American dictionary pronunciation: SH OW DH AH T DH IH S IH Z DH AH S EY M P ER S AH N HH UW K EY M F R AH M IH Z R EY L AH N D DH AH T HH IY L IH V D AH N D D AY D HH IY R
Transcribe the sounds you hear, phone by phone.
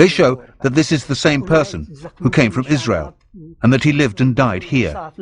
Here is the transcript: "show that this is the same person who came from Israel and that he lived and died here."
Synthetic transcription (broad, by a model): SH OW DH AH T DH IH S IH Z DH AH S EY M P ER S AH N HH UW K EY M F R AH M IH Z R EY L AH N DH AH T HH IY L IH V D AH N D D AY D HH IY R